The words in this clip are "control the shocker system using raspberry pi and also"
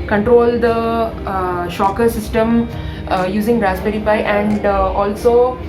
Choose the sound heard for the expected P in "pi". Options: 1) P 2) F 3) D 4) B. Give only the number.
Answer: 4